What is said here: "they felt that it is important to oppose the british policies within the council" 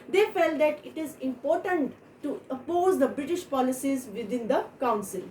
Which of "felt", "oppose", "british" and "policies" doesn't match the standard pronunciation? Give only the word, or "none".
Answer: none